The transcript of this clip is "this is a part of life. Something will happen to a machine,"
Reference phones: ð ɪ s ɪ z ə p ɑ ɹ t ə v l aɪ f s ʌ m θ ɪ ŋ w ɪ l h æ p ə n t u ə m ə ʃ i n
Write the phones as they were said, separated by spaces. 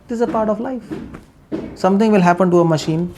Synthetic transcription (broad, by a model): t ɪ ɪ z ə p ɑ ɹ t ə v l aɪ f s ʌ m t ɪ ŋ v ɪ l h æ p ə n t u ə m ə ʃ i n